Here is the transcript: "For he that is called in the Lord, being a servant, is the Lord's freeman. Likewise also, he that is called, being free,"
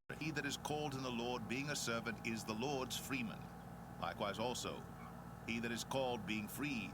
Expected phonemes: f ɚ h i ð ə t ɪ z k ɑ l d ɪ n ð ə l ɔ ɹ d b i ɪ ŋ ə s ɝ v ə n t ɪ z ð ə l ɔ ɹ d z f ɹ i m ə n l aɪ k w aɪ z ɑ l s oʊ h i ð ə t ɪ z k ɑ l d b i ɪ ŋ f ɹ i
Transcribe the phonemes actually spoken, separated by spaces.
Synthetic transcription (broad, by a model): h i ð ə t ɪ z k ɑ l d ɪ n ð ə l ɔ ɹ d b i ɪ ŋ ə s ɝ v ə n t ɪ z ð ə l ɔ ɹ d z f ɹ i m ə n l aɪ k w aɪ z ɑ l s oʊ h i ð ə t ɪ z k ɑ l d b i ɪ ŋ f ɹ i